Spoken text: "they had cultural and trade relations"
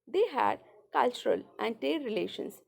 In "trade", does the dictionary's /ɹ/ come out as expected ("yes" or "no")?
no